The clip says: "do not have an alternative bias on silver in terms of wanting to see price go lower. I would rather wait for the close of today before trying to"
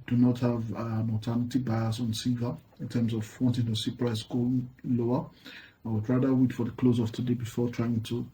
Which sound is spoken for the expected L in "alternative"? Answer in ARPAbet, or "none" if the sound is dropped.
none